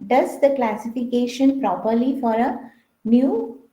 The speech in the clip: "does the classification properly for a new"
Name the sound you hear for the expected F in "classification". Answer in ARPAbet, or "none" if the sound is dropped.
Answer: F